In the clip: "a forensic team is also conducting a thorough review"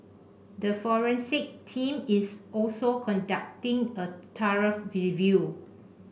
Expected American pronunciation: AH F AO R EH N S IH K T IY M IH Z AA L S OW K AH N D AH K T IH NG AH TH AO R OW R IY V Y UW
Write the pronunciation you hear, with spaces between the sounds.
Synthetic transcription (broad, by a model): AH F AO R EH N S IH K T IY M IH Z AA L S OW K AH N D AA K T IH NG AH T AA R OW R IY V Y UW